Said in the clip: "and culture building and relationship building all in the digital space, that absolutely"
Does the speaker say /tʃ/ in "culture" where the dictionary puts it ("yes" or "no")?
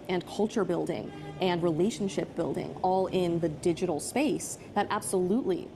yes